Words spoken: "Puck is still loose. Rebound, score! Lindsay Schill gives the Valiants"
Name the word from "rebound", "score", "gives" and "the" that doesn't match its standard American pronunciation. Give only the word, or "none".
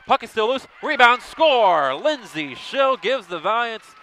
none